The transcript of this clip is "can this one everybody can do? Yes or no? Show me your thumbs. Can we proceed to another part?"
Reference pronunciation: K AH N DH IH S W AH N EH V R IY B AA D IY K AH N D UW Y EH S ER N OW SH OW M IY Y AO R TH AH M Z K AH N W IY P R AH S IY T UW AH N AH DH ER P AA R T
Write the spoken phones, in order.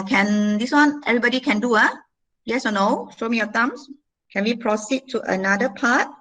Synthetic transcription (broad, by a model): K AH N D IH S W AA N EH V R IY B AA D IY K AH N D UW Y EH S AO N OW SH OW M IY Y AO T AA M S K AH N W IY P R AH S IY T UW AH N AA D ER P AA T